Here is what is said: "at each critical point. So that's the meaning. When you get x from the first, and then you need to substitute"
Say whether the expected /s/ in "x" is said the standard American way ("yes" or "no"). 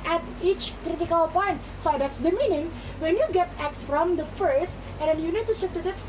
yes